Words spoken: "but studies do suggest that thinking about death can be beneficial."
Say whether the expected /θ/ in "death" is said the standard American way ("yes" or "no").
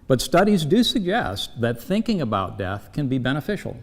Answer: yes